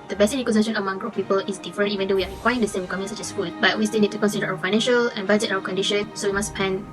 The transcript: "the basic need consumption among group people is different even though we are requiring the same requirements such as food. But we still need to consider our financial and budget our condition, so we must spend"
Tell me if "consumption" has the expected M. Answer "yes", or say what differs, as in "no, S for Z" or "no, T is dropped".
no, M is dropped